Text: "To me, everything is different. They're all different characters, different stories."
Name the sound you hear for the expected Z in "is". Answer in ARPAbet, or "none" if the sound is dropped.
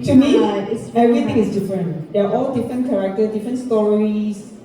S